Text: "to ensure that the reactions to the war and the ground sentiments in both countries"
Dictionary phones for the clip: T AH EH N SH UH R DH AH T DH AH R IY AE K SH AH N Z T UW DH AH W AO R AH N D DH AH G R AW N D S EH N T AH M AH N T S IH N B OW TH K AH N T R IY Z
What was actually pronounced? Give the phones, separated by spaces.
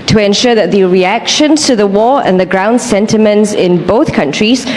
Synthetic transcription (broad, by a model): T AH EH N SH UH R DH AH T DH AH R IY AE K SH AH N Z T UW DH AH W AO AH N DH AH G R AW N D S EH N T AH M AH N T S IH N B OW TH K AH N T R IY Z